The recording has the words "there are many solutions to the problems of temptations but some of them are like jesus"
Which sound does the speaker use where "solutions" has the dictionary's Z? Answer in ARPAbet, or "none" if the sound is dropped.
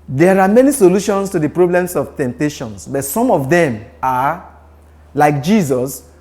S